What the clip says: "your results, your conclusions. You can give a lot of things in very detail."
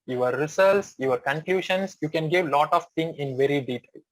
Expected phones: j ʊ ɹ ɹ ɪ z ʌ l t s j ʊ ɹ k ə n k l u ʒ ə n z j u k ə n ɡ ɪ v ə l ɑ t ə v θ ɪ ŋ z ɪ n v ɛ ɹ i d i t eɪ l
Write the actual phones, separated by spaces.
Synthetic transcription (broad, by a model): j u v ɹ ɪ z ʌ l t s j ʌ ɹ k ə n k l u ʃ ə n s j u k ə n ɡ ɪ v l ɑ t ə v t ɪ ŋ ɪ n v ɛ ɹ i d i t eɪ l